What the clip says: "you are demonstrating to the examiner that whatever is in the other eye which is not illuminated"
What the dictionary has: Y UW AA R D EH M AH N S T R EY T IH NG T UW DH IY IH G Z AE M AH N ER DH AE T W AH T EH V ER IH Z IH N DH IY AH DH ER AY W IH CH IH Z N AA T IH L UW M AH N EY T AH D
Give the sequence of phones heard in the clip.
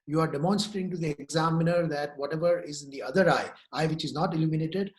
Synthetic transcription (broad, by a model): Y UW AA R D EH M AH N S T AH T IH NG T UW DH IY IH G Z AE M AH N ER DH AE T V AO T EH V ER IH Z IH N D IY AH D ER AY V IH CH IH Z N AA T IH L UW M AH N EY T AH D